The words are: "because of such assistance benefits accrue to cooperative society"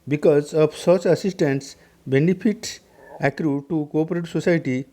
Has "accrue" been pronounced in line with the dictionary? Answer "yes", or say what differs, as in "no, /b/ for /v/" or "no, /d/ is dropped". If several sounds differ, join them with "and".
yes